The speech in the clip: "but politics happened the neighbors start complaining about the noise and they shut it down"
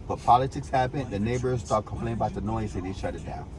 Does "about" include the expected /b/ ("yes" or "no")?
no